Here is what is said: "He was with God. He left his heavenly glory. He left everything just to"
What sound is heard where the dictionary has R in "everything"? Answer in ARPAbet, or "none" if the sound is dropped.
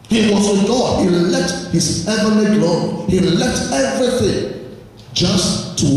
R